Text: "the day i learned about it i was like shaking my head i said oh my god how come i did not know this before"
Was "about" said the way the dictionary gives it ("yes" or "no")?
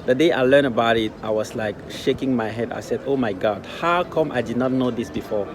yes